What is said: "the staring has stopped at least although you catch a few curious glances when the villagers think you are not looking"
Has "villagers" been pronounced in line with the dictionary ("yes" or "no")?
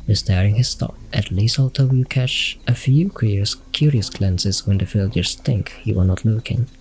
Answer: no